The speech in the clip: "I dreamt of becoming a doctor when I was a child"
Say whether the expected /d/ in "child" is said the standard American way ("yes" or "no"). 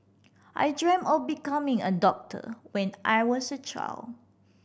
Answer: no